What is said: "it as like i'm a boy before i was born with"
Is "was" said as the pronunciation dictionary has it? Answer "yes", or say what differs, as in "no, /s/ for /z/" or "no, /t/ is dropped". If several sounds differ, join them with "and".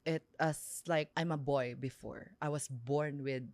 no, /s/ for /z/